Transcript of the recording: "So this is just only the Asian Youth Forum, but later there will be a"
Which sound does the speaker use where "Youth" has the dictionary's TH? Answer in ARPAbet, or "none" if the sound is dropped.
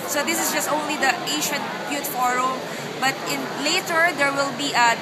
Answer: T